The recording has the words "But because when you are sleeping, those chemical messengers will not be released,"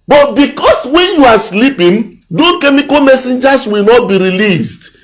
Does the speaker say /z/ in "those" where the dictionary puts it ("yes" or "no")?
no